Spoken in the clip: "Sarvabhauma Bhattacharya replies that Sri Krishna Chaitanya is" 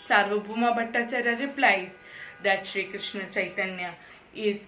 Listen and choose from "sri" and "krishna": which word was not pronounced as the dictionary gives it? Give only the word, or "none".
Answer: none